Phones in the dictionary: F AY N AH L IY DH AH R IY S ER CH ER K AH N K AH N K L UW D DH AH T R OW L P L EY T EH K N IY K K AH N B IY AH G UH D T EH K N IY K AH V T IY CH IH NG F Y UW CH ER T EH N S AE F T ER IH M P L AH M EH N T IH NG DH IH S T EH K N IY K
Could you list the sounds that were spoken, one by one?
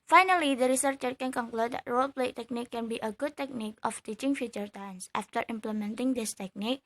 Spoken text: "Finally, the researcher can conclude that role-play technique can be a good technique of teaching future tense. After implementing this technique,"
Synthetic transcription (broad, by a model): F AY N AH L IY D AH R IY S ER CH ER K AH N K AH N K L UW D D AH T R OW L P L EY T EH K N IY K K AH N B IY AH G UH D T EH K N IY K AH F T IY CH IH NG F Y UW CH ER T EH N S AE F T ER IH M P L AH M EH N T IH NG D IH S T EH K N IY K